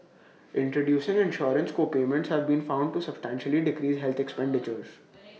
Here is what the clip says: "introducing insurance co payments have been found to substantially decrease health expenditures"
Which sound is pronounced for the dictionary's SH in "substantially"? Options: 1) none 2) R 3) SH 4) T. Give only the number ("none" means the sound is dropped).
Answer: 3